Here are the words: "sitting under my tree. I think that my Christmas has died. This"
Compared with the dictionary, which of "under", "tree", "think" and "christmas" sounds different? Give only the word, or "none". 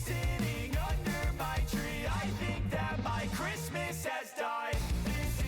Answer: none